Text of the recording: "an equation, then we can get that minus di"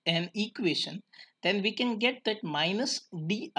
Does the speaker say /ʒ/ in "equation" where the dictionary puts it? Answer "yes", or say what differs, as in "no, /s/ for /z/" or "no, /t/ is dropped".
no, /ʃ/ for /ʒ/